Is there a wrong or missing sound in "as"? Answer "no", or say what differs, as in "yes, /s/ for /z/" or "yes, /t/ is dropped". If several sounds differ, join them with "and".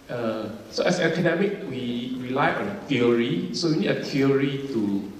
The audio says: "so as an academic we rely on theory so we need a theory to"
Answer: yes, /s/ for /z/